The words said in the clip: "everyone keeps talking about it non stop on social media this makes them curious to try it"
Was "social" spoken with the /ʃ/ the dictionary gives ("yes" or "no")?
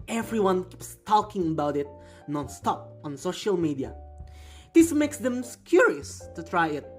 yes